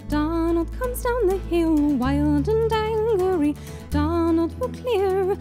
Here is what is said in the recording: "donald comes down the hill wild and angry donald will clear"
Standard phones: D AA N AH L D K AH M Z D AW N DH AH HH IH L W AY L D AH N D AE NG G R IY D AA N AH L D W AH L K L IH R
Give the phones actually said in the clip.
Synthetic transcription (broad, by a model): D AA N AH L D K AH M Z D AW N DH AH HH IH L W AY L D AH N D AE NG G R IY D AA N AH L D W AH K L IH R